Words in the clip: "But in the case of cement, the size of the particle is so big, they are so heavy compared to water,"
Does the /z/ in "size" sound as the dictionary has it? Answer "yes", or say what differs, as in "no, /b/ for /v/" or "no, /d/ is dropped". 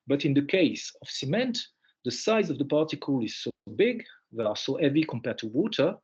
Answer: yes